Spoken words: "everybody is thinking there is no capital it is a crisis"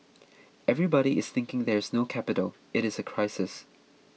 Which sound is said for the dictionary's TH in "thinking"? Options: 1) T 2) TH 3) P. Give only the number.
2